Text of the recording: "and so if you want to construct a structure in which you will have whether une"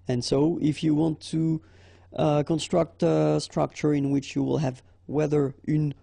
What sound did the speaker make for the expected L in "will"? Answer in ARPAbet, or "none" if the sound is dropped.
L